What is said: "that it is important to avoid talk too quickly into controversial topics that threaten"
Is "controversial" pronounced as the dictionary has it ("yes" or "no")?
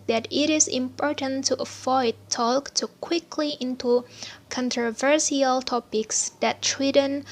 no